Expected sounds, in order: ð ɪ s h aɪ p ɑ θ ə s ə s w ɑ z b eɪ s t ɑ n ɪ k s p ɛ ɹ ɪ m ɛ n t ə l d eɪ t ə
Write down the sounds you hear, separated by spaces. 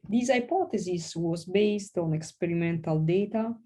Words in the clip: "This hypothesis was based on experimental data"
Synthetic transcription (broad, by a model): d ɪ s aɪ p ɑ t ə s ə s w ɑ z b eɪ s t ɑ n ɪ k s p ɛ ɹ ɪ m ɛ n t ə l d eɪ t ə